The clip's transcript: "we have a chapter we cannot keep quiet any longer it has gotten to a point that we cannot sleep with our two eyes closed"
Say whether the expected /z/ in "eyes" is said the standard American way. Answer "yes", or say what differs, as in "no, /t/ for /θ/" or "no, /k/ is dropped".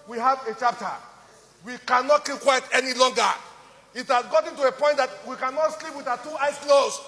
no, /s/ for /z/